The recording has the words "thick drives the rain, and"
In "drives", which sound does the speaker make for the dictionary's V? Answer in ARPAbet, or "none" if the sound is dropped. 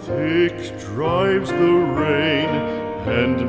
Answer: V